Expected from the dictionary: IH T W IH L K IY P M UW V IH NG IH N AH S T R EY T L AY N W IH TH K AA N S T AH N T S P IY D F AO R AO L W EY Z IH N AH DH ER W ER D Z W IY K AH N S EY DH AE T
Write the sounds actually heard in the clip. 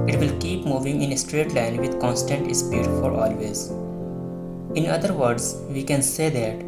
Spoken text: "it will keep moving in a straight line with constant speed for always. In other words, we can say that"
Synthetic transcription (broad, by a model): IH T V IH L K IY P M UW V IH NG IH N AH S T R EY T L AY N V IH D K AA N S T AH N T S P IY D F AO R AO L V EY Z IH N AH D ER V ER D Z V IY K AH N S EY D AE T